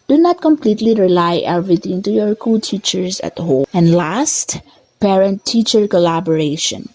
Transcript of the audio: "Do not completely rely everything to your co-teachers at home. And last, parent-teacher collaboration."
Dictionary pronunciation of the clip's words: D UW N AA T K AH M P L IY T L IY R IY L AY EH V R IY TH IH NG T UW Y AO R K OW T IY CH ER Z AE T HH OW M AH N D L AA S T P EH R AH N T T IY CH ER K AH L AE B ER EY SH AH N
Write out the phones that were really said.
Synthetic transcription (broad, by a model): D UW N AA T K AH M P L IY T L IY R IY L AY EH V R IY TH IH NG T UW Y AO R K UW T IY CH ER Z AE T HH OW AH N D L AA S T P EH R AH N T T IY CH ER K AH L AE B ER EY SH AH N